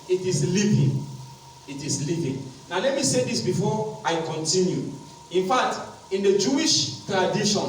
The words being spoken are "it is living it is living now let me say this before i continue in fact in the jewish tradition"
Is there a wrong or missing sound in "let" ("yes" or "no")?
no